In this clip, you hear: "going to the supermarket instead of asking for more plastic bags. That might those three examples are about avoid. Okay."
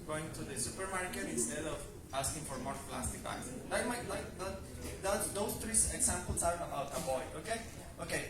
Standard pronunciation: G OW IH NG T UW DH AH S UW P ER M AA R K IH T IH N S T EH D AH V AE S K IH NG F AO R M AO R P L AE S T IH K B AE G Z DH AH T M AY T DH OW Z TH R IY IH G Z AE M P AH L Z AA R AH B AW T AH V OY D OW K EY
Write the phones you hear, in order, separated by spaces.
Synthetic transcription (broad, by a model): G OW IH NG T UW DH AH S UW P ER M AA R K IH T IH N S T EH D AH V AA S K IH NG F AO R M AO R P L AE S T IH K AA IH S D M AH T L AY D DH OW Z T R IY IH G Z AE M P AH L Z AA R AH B AW T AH B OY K OW K EY